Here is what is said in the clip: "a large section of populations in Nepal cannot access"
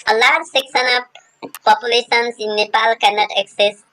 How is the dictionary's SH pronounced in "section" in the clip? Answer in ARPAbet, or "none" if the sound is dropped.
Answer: S